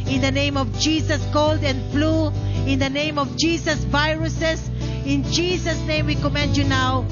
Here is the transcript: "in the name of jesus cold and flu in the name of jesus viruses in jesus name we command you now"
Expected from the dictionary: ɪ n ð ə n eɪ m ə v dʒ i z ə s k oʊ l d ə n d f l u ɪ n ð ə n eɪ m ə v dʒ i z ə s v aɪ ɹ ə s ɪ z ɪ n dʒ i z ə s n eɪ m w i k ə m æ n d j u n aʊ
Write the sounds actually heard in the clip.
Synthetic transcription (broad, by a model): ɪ n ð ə n eɪ m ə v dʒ i s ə s k oʊ l d ə n d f l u ɪ n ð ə n eɪ m ə v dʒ i s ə s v aɪ ɹ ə s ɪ s ɪ n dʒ i s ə s n eɪ m w i k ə m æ n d j u n aʊ